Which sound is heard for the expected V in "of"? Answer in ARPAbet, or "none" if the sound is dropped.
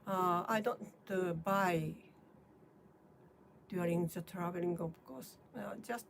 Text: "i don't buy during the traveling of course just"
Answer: B